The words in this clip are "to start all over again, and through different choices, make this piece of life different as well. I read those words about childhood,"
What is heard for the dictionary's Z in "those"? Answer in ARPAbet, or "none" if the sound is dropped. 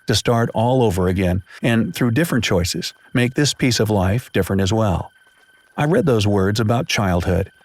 Z